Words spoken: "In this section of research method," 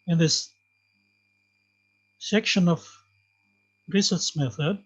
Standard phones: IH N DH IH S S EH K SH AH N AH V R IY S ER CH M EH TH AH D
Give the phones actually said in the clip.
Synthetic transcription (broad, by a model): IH N DH IH S S EH K SH AH N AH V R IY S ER S M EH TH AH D